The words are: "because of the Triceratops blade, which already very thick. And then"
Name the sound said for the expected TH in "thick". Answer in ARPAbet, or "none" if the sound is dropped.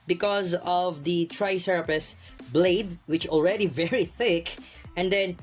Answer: TH